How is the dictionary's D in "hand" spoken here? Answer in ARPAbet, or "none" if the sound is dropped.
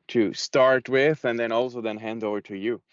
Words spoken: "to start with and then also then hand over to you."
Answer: D